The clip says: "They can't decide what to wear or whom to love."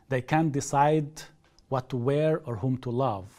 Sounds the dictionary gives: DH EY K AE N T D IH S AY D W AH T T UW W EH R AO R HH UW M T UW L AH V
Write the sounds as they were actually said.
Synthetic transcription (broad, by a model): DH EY K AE N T D IH S AY D W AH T T UW W EH R AO R HH UW M T UW L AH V